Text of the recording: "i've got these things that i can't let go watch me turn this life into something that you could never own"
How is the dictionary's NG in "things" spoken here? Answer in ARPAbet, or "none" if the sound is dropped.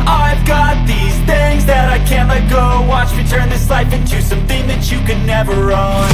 NG